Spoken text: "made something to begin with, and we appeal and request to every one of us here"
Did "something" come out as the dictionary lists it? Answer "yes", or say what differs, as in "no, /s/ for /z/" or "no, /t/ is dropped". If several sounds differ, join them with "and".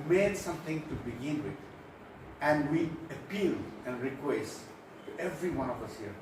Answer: no, /t/ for /θ/